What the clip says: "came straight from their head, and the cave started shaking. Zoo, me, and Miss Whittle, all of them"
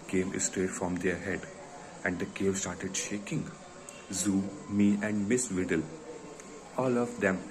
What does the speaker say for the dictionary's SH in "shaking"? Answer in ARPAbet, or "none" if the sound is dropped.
SH